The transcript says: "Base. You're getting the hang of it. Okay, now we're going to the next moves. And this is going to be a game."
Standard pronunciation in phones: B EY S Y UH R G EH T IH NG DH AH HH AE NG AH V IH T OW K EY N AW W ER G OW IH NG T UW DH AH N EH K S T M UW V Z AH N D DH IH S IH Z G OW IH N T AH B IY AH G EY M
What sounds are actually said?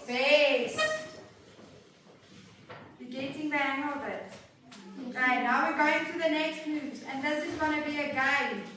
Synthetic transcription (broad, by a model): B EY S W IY G EH T IH NG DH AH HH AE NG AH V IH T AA IH N AW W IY G OW IH NG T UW DH AH N EH K S T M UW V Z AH N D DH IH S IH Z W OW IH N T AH B IY AH G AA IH